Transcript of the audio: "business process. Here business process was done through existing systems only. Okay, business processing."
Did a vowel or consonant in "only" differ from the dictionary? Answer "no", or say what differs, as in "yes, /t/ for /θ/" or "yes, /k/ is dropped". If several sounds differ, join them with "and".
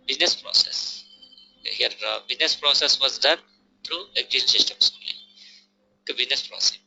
yes, /n/ is dropped